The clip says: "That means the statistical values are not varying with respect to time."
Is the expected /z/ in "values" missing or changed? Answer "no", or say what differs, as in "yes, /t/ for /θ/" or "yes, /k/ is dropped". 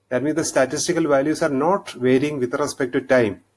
yes, /s/ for /z/